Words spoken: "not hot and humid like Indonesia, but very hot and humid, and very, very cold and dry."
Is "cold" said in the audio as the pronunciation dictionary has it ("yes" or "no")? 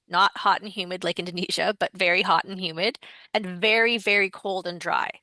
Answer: yes